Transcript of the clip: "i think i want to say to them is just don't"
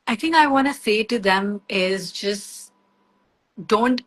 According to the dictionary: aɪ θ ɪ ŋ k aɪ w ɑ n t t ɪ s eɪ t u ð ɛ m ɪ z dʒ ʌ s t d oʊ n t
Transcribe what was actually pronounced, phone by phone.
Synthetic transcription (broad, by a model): aɪ t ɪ ŋ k aɪ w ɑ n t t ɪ s eɪ t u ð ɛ m ɪ z dʒ ʌ s t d oʊ n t